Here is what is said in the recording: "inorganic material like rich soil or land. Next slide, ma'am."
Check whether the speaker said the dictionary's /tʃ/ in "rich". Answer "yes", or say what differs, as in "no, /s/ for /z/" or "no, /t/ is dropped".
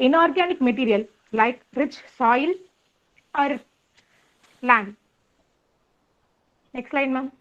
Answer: yes